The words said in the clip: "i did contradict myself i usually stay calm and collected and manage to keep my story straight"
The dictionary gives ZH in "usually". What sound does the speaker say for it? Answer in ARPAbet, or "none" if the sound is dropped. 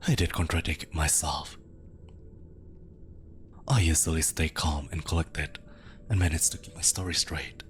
Z